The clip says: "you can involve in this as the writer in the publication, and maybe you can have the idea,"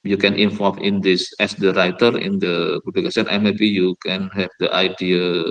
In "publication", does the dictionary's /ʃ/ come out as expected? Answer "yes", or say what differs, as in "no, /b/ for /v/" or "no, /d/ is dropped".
no, /s/ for /ʃ/